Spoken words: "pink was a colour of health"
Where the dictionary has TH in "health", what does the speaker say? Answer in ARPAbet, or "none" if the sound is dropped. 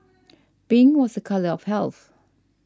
TH